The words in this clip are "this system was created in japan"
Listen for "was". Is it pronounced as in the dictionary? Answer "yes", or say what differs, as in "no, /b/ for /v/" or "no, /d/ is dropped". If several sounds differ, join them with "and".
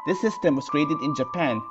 no, /s/ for /z/